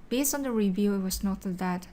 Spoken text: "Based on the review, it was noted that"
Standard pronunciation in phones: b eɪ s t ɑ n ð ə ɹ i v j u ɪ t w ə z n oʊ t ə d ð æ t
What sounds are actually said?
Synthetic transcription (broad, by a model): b eɪ s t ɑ n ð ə ɹ i v j u ɪ t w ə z n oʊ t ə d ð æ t